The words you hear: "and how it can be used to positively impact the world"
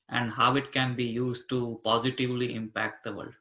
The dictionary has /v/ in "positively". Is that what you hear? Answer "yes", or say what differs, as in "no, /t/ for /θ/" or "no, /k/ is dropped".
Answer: yes